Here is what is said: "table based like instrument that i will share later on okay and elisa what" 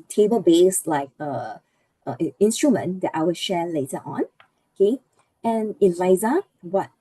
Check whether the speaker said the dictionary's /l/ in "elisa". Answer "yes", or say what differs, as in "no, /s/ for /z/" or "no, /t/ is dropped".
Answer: no, /l/ is dropped